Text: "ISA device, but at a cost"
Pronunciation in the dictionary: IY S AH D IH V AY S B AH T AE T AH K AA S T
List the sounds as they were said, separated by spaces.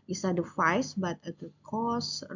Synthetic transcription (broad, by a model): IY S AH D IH F AY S B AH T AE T AH K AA S